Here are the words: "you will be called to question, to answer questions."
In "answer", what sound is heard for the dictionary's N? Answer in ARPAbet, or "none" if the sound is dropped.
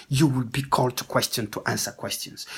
N